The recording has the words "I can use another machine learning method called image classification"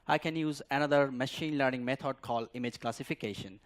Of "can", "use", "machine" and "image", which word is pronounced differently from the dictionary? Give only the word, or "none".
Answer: none